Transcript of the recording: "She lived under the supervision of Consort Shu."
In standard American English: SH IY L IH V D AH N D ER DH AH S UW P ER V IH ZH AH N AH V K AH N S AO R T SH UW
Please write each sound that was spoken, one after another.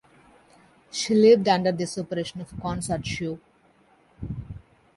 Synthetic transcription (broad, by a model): SH IY L IH V D AH N D ER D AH S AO P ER EH SH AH N AH V K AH N S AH R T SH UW